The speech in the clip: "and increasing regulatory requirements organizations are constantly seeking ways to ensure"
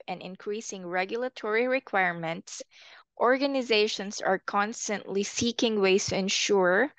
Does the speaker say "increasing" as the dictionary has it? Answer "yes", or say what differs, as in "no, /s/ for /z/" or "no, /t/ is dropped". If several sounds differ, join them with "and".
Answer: yes